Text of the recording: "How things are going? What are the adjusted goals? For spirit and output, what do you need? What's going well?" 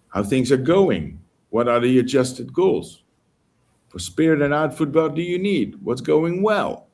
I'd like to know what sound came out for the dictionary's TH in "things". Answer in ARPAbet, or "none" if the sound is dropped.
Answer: TH